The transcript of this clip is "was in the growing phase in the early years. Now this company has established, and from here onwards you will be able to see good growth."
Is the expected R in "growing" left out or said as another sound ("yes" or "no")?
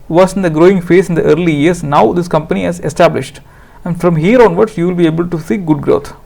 no